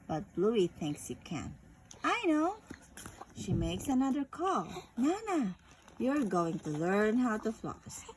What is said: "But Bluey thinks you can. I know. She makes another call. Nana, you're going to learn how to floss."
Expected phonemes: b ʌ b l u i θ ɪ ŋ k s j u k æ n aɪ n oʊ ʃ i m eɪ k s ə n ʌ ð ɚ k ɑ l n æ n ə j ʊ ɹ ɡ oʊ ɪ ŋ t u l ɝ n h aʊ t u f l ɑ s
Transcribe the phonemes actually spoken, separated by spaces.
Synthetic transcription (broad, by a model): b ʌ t l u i θ ɪ ŋ k s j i k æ n aɪ n oʊ ʃ i m eɪ k s ə n ʌ ð ɚ k ɑ l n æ n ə j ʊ ɹ ɡ oʊ ɪ ŋ t u l ɝ n h aʊ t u f l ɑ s